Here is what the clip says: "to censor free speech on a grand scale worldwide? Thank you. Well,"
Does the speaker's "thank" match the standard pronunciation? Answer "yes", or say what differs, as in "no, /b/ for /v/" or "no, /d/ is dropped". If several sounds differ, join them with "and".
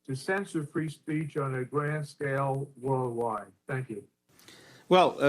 yes